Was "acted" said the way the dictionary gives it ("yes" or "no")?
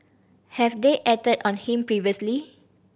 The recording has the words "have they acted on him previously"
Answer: no